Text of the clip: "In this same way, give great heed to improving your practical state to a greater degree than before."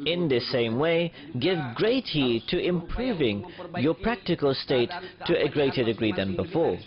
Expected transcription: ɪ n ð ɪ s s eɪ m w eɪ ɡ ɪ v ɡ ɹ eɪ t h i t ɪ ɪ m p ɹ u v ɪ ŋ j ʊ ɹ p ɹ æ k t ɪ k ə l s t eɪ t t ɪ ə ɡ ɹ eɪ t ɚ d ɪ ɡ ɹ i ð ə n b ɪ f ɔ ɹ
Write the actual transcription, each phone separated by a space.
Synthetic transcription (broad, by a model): ɪ n ð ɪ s s eɪ m w eɪ ɡ ɪ v ɡ ɹ eɪ t h i t ɪ ɪ m p ɹ u v ɪ ŋ j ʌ ɹ p ɹ æ k t ɪ k ə l s t eɪ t t ɪ ə ɡ ɹ eɪ t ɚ d ɪ ɡ ɹ i ð ə n b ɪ f ɔ ɹ